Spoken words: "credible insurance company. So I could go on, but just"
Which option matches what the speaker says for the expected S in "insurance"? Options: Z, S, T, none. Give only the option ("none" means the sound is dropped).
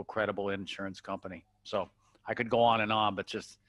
S